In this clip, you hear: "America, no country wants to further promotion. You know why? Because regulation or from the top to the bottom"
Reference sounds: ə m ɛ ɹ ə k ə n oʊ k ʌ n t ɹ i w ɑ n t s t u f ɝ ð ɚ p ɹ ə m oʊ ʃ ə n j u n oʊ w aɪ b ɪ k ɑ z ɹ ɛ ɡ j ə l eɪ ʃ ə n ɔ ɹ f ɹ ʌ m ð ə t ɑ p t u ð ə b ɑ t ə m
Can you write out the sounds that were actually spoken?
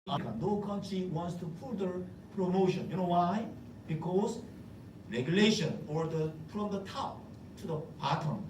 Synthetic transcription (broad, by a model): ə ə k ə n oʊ k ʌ n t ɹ i w ɑ n t s t u p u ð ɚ p ɹ ə m oʊ ʃ ə n j u n oʊ w aɪ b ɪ k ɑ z ɹ ɛ ɡ j ə l eɪ ʃ ə n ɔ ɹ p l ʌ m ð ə t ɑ t u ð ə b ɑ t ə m